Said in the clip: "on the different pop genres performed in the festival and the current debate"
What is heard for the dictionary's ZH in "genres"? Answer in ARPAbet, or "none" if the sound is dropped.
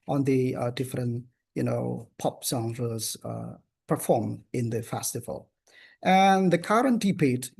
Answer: S